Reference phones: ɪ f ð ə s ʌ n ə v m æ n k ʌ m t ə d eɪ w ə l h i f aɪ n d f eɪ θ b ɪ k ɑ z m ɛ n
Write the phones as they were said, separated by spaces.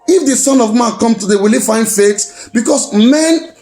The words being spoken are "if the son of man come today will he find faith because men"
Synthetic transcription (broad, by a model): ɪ f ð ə s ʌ n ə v m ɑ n k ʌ m t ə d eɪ w ə l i f aɪ n d f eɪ s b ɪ k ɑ s m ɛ n